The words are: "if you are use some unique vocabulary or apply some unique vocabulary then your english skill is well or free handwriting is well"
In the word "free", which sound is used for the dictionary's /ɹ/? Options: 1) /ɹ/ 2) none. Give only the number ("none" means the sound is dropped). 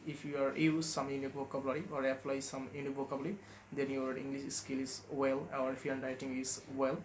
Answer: 2